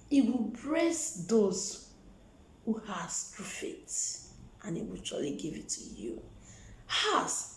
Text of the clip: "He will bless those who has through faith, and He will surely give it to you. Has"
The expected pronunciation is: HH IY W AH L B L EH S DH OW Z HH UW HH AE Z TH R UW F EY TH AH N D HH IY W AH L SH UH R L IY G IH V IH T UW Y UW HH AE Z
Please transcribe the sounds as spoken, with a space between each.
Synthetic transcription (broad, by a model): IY W AH L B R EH S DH OW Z HH UW HH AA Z T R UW F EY T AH N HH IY W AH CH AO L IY G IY V IH T UW Y UW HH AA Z